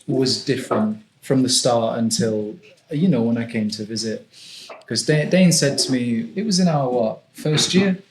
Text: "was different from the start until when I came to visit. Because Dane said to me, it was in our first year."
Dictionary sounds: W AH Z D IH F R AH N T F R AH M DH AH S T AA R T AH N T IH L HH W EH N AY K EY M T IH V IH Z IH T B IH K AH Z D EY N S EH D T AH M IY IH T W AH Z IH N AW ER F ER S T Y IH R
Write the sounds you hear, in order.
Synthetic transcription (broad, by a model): W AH Z D IH F R AH N T F R AH M DH AH S T AA R T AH N T IH L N W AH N AY K EY M T IH V IH Z IH T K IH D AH D EY N S EH D T AH M IY IH T W AH Z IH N AW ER F ER S T Y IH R